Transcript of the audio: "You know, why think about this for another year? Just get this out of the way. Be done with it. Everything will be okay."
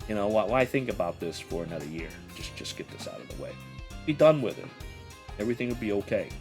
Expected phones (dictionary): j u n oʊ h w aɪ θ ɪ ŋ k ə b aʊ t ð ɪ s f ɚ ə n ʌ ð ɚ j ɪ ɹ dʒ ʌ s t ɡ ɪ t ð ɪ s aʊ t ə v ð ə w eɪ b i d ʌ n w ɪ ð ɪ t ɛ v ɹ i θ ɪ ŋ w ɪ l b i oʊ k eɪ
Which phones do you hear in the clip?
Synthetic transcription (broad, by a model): j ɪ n oʊ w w aɪ θ ɪ ŋ k ə b aʊ t ð ɪ s f ɚ ə n ʌ ð ɚ j ɪ ɹ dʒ ʌ s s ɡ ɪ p ð ɪ s aʊ t ə v ð ə w eɪ b i d ʌ n w ɪ ð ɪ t ɛ v ɹ i θ ɪ ŋ w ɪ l b i oʊ k eɪ